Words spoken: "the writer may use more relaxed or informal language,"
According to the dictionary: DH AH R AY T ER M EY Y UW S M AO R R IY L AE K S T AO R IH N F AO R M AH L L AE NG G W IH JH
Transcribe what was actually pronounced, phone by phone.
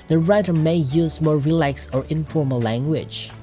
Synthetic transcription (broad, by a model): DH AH R AY T ER M EY Y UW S M AO R R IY L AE K S AO R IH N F AO R M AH L L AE NG G W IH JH